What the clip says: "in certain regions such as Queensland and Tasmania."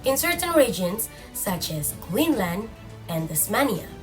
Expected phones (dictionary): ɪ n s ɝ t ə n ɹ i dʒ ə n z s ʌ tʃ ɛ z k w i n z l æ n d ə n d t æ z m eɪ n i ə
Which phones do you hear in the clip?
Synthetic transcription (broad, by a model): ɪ n s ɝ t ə n ɹ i dʒ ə n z s ʌ tʃ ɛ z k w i n l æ n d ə n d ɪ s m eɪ n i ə